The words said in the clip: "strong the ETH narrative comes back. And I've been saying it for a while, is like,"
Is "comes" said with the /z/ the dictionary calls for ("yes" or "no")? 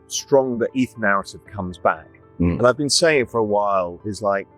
yes